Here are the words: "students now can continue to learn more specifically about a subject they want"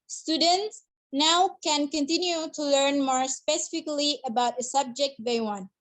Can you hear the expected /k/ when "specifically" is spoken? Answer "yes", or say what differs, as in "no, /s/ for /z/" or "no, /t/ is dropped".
yes